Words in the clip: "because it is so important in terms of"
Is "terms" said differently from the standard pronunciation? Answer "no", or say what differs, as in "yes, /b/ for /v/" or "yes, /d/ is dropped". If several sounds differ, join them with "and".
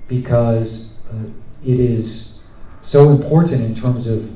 no